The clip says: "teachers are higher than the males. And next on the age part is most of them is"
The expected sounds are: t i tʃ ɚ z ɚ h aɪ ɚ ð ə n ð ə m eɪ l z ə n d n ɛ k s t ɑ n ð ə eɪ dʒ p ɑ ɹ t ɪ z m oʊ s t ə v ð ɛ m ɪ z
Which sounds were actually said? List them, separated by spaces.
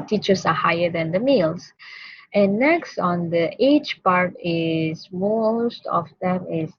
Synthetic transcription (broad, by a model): t i tʃ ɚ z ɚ h aɪ ɚ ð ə n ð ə m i l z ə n n ɛ k s t ɑ n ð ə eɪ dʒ p ɑ ɹ t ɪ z m oʊ s t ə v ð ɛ m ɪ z